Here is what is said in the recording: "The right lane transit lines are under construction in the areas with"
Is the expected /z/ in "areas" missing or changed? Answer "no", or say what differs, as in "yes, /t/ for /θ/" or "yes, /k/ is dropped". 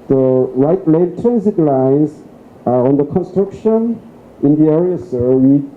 yes, /s/ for /z/